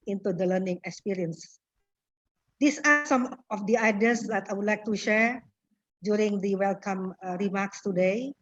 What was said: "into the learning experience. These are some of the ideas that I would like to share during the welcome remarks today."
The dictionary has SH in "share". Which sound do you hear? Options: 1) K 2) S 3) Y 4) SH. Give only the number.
4